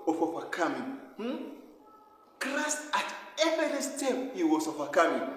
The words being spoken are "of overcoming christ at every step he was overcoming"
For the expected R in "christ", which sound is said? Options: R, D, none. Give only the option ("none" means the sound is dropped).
R